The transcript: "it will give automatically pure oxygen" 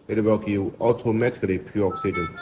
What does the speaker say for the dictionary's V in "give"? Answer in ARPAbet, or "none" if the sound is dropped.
none